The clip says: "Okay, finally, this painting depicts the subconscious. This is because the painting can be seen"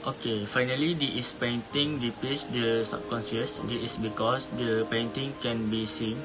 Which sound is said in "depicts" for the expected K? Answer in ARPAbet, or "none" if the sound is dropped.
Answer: none